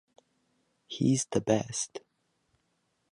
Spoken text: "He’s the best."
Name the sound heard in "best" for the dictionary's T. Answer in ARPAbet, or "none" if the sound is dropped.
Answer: T